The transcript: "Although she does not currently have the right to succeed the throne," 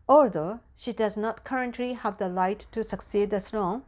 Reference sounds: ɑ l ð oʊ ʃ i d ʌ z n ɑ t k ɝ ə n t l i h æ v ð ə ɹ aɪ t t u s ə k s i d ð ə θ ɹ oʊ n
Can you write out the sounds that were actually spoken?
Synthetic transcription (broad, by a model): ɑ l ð oʊ ʃ i d ʌ z n ɑ t k ɝ ə n t l i h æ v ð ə l aɪ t t u s ə k s i d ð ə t ɹ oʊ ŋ